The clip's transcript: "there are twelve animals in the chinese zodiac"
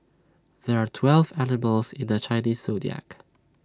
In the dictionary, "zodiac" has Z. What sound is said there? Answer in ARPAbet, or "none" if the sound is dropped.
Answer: S